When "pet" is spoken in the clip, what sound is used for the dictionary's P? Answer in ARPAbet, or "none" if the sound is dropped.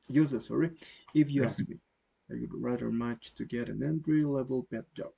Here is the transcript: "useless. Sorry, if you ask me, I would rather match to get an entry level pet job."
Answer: B